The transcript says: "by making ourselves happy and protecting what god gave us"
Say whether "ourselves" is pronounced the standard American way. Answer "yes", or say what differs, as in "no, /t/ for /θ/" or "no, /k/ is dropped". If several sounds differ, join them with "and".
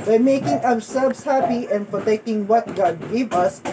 no, /w/ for /ɹ/